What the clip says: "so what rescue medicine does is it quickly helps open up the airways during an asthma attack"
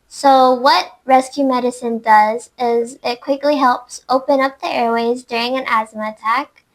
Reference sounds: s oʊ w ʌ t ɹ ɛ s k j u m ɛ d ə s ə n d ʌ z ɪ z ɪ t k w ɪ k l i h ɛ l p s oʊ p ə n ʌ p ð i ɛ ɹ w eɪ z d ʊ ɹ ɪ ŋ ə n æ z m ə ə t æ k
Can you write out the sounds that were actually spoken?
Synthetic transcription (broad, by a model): s oʊ w ʌ t ɹ ɛ s k j u m ɛ d ə s ə n d ʌ z ɪ z ɪ t k w ɪ k l i h ɛ l p s oʊ p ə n ʌ p ð i ɛ ɹ w eɪ z d ʊ ɹ ɪ ŋ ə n æ z m ə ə t æ k